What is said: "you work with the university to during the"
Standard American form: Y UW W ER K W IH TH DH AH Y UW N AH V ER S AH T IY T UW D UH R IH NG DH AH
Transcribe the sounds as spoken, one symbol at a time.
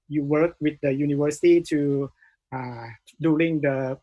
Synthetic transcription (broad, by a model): Y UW W ER K W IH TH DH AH Y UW N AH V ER S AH T IY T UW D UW L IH NG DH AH